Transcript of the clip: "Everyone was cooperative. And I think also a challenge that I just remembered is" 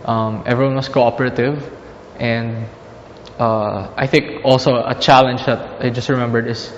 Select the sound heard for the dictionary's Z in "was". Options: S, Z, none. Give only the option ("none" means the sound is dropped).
S